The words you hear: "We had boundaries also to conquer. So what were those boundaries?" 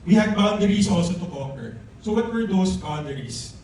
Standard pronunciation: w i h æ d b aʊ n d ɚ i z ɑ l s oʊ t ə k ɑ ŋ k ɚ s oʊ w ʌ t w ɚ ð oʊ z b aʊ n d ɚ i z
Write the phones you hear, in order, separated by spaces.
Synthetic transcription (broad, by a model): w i h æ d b aʊ n d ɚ i s ɑ l s oʊ t ə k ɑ k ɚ s oʊ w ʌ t w ɚ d oʊ s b aʊ n d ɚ i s